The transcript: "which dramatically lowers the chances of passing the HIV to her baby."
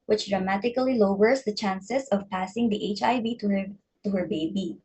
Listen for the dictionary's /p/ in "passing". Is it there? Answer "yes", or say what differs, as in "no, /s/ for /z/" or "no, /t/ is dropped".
yes